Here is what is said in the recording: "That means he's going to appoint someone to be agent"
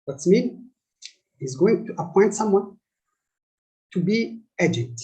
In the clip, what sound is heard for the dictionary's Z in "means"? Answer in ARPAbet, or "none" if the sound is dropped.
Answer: none